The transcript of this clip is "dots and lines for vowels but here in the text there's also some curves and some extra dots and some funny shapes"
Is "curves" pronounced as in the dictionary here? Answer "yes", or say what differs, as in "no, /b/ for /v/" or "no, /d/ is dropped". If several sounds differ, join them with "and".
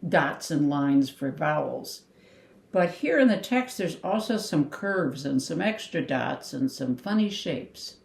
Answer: yes